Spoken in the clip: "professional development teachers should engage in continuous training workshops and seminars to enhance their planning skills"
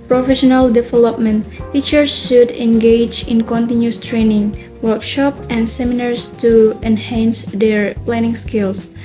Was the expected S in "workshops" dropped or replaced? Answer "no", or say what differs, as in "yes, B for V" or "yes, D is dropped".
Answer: yes, S is dropped